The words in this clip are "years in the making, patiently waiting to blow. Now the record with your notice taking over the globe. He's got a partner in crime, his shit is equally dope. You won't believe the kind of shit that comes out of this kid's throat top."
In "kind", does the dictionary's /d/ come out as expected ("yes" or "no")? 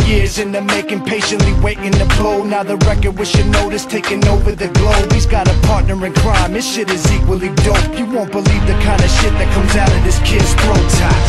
yes